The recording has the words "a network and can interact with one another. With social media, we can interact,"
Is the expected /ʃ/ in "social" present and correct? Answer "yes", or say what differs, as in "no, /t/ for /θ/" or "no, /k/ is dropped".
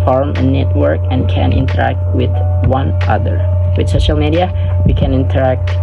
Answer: yes